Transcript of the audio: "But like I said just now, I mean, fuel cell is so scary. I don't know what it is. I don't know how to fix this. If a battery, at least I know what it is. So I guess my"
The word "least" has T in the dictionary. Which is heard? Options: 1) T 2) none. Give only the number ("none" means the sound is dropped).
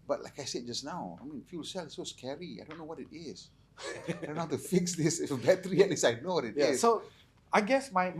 2